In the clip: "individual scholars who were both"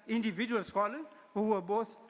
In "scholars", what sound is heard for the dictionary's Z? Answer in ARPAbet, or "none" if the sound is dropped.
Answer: none